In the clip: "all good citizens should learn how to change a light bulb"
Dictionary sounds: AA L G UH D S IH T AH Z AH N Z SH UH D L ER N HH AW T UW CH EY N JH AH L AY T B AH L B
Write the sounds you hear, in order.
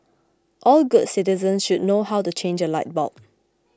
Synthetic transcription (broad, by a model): AA L G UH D S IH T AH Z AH N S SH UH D N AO HH AW T UW CH EY N JH AH L AY T B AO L